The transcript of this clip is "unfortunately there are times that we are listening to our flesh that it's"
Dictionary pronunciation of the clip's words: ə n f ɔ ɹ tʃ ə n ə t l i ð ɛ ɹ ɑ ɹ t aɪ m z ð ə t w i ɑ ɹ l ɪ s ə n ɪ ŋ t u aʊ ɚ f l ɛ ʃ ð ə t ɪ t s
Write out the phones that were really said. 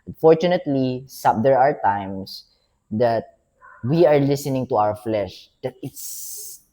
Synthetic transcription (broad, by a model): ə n f ɔ ɹ tʃ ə n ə t l i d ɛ ɹ ɑ ɹ t aɪ m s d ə t w i ɑ ɹ l ɪ s ə n ɪ ŋ t u aʊ ɚ f l ɛ ʃ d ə t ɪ t s